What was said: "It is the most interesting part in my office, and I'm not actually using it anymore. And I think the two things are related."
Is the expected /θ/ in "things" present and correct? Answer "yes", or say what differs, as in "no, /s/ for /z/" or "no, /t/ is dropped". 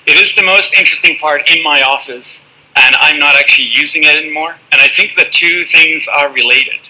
yes